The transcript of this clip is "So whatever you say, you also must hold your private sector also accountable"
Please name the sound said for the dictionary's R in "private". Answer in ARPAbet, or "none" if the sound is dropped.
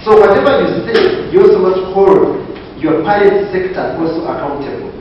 none